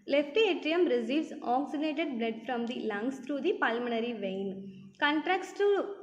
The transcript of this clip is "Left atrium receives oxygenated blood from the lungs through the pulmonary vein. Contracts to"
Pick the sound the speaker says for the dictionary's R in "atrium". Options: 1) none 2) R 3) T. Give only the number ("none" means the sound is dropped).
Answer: 2